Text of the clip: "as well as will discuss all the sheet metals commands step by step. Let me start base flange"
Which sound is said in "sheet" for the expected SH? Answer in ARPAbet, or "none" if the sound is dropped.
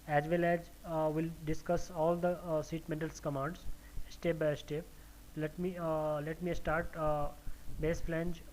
S